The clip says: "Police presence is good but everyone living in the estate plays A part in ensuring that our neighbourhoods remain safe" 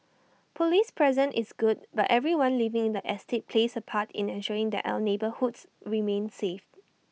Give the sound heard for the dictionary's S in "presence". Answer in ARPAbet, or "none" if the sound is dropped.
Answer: none